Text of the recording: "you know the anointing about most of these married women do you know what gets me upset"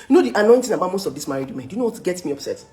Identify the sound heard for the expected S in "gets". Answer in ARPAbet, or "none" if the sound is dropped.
none